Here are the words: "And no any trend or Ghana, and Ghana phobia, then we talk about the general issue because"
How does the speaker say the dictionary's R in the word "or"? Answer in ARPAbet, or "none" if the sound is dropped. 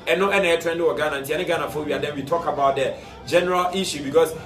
W